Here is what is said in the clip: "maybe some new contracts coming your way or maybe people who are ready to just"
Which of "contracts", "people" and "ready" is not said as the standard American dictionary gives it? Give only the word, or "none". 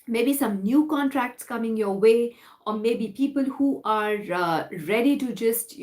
none